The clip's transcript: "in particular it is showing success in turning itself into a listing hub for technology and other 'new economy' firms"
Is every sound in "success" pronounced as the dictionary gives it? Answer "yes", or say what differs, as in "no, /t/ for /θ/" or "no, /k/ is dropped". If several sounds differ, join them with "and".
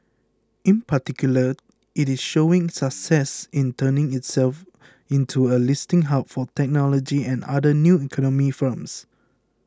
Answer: yes